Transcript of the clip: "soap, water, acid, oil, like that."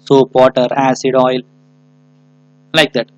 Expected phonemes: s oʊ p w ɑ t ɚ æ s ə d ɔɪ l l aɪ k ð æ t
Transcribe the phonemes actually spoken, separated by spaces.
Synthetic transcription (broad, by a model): s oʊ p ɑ t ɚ æ s ə d ɔɪ l l aɪ k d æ t